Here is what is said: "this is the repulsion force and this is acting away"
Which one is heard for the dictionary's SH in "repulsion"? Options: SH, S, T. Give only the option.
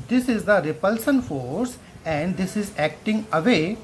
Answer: S